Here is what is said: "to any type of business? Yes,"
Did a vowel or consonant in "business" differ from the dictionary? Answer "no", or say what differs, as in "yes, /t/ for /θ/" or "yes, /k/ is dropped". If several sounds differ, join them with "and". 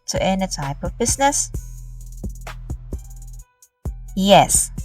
no